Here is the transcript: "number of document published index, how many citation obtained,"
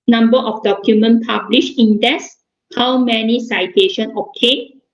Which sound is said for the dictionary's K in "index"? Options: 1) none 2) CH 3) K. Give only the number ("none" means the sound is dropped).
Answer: 1